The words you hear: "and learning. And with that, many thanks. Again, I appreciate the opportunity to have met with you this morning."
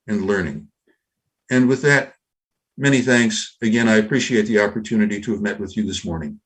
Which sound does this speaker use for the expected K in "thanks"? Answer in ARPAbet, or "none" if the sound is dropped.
K